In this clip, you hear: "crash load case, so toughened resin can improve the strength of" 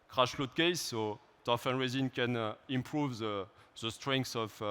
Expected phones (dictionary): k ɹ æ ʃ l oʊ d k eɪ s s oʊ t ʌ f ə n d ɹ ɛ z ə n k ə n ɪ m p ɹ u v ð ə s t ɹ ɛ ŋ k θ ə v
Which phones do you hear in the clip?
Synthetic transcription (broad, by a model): k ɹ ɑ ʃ l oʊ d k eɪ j s oʊ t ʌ f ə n ɹ ɛ z ə n k ə n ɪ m p ɹ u v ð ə s t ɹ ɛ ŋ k s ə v